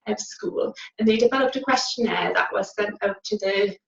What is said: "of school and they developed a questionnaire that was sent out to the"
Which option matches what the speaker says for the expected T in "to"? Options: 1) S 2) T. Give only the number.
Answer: 2